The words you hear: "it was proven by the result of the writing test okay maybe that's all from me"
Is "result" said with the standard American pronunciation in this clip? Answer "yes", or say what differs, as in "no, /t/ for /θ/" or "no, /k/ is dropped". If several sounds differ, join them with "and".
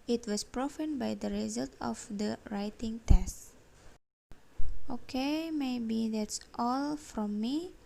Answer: yes